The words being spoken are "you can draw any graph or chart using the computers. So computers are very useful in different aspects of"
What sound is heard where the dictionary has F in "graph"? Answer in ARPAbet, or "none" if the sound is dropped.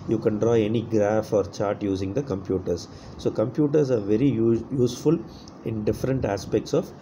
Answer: F